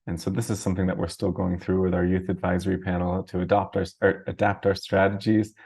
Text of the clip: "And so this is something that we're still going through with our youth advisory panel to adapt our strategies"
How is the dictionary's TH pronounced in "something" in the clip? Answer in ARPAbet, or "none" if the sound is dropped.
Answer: TH